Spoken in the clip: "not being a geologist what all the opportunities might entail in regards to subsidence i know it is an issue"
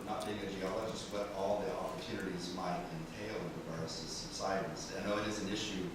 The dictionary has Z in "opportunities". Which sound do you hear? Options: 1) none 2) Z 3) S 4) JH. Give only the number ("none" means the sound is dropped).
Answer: 2